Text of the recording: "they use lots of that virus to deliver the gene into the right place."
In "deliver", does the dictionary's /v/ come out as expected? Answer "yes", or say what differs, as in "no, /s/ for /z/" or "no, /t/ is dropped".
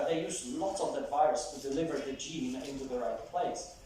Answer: yes